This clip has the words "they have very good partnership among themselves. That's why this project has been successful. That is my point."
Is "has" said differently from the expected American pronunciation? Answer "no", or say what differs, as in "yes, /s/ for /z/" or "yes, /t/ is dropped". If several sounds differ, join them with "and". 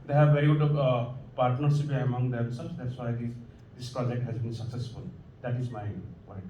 no